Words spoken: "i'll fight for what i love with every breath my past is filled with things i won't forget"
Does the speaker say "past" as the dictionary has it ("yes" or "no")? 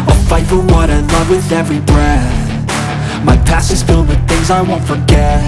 no